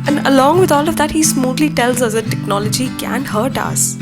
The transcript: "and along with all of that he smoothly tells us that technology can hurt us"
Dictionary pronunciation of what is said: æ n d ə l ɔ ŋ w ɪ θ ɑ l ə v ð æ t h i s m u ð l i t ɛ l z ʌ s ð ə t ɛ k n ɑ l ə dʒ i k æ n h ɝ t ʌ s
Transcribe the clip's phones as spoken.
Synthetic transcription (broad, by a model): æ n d ə l ɔ ŋ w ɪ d ɑ l ə v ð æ t h i s m u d l i t ɛ l z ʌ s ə t ɛ k n ɑ l ə dʒ i k æ n h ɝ t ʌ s